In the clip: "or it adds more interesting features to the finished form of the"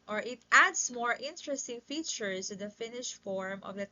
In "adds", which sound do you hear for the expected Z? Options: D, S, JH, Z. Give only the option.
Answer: S